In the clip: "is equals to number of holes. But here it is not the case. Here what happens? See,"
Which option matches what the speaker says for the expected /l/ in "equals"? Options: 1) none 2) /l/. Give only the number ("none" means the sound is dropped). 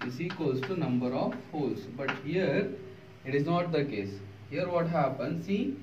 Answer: 1